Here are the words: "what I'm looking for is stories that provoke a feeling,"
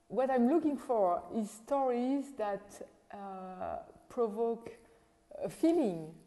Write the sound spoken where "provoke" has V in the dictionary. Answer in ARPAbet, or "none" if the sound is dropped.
V